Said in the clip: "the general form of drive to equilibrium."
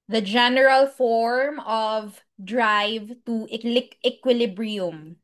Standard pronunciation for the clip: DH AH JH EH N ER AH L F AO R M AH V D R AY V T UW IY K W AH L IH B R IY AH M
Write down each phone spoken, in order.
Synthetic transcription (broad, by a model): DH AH JH EH N ER AH L F AO R M AH V D R AY V T UW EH K W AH L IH B R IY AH M